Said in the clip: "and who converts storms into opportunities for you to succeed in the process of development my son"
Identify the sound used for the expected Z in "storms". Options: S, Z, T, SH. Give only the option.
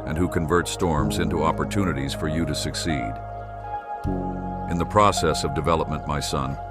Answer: Z